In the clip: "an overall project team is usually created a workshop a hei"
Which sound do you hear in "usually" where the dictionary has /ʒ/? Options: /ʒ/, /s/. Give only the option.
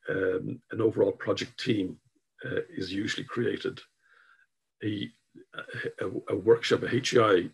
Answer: /ʒ/